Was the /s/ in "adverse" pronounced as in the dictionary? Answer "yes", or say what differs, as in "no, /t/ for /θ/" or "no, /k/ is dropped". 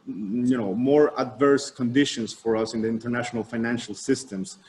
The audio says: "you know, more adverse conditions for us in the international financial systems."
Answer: yes